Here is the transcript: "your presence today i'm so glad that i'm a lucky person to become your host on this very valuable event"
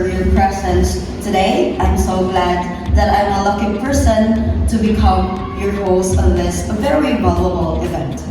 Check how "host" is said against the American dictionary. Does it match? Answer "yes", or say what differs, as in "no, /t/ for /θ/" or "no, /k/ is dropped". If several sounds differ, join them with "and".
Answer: no, /t/ is dropped